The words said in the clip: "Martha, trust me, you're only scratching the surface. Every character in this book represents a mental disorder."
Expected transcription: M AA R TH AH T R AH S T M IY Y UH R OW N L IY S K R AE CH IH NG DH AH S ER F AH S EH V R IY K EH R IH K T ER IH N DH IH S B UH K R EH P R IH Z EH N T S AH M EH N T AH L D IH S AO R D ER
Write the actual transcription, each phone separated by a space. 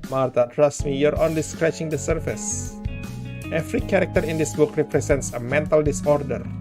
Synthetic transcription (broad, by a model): M AA R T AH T R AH S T M IY Y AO R OW N L IY S K R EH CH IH NG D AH S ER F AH S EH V R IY K EH R IH K T ER IH N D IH S B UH K R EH P R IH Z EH N T S AH M EH N T AH L D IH S AO R D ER